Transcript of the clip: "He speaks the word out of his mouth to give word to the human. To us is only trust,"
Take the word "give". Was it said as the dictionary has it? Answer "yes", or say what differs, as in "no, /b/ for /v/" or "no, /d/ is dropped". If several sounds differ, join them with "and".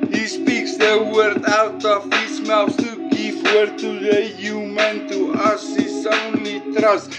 no, /p/ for /v/